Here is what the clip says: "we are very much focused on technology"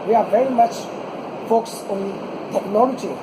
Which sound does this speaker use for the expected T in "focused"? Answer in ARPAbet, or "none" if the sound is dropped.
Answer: none